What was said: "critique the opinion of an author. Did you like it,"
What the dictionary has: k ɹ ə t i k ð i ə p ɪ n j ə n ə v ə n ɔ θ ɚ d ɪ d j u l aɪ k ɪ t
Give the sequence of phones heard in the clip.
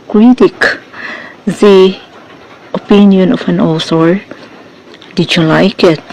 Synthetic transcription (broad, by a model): k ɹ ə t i k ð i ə p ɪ n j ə n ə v ə n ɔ s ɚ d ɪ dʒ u l aɪ k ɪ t